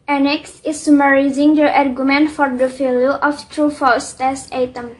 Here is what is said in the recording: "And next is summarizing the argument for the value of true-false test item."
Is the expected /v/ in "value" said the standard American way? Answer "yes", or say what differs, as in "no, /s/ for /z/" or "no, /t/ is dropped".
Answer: no, /f/ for /v/